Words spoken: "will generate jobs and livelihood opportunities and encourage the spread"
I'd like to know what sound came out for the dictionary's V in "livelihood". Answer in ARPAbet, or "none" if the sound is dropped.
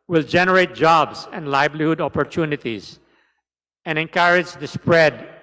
B